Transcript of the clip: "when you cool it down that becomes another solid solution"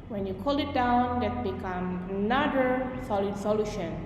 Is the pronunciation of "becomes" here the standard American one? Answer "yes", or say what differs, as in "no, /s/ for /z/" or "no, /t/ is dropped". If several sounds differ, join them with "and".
no, /z/ is dropped